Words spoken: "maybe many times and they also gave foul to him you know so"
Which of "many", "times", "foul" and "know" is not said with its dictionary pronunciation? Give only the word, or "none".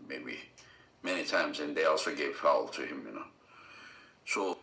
none